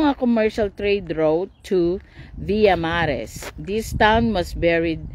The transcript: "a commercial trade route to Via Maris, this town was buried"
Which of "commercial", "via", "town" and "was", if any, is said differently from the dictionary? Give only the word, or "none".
was